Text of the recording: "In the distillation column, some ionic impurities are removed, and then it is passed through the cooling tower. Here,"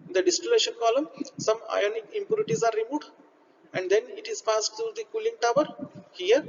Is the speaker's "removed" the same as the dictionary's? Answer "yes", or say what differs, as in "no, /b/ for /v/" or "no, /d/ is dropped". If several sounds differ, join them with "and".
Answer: no, /v/ is dropped